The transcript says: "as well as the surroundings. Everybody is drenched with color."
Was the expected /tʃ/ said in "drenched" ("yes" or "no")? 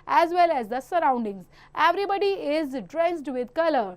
no